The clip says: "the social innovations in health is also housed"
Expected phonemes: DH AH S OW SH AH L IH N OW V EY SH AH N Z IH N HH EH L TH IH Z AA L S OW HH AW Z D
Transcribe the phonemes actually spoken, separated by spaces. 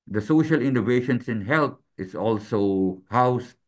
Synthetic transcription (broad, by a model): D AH S OW SH AH L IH N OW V EY SH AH N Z IH N HH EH L T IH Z AA L S OW HH AW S